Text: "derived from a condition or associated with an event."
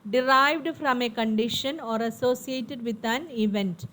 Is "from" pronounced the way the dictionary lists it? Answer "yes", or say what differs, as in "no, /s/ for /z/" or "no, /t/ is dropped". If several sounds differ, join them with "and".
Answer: yes